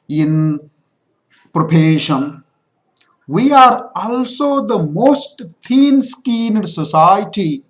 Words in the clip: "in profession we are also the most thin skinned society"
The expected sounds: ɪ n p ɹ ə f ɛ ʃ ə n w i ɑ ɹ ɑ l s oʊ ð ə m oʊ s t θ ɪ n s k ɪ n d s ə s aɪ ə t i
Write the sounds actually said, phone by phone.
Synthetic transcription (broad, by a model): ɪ n p ɹ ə p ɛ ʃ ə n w i ɑ ɹ ɑ l s oʊ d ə m oʊ s t t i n s k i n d s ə s aɪ t i